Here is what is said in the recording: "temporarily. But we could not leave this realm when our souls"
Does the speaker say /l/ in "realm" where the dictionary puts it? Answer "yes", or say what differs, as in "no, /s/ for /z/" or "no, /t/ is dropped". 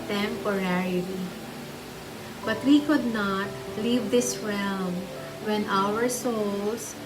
yes